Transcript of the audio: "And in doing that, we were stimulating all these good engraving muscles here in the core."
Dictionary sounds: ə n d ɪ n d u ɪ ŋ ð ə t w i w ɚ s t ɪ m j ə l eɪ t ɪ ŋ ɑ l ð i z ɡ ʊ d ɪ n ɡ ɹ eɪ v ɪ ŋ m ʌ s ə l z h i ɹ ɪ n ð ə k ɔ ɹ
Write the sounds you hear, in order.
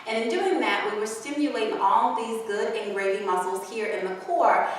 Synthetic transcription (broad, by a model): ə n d ɪ n d u ɪ ŋ ð ə t w i w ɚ s t ɪ m j ə l eɪ t ɪ ŋ ɑ l ð i z ɡ ʊ d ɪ n ɡ ɹ eɪ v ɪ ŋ m ʌ s l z h i ɹ ɪ n ð ə k ɔ ɹ